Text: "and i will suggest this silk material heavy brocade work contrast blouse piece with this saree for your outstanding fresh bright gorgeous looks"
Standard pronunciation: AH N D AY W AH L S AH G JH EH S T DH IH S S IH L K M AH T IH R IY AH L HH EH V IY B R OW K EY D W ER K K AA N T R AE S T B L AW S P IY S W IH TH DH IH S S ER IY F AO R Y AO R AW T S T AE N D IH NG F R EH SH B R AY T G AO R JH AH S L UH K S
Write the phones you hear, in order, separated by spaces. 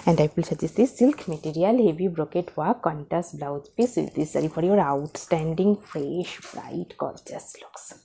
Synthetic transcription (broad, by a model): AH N D AY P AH L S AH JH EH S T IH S S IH L K M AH T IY R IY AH L HH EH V IY B R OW K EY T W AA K K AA N T AE S B L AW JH P IY S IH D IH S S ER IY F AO R Y AO R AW T S T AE N D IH NG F R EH SH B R AY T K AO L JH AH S L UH K S